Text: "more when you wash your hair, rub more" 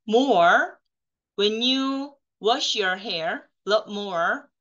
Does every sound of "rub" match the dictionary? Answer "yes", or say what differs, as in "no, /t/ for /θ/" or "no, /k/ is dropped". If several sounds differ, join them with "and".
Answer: no, /l/ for /ɹ/